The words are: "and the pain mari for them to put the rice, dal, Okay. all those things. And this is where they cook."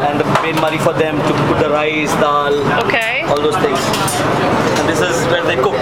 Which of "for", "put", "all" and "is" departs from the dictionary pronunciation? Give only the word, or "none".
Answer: none